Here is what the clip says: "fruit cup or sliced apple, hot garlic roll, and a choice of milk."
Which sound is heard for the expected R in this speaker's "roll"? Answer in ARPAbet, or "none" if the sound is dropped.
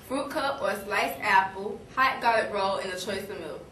R